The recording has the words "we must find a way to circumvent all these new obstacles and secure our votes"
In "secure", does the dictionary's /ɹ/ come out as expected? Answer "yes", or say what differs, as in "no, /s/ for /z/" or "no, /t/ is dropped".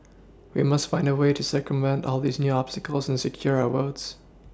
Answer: yes